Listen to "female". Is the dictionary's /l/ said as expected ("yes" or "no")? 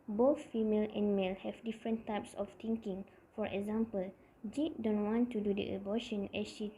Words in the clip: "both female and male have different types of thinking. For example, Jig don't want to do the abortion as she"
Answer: yes